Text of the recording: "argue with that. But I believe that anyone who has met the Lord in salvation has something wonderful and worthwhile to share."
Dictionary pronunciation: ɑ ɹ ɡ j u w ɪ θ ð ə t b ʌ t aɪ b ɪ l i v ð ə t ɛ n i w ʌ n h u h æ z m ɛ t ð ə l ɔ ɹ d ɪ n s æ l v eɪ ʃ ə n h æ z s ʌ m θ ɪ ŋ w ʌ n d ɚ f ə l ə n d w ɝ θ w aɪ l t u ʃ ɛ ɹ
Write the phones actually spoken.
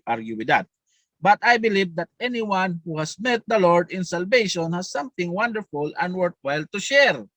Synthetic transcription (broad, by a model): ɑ ɹ ɡ j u w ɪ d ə t b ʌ t aɪ b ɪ l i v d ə t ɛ n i w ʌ n h u h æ s m ɛ t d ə l ɔ ɹ d ɪ n s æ l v eɪ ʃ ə n h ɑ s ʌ m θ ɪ ŋ w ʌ n d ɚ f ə l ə n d w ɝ t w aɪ l t u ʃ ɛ ɹ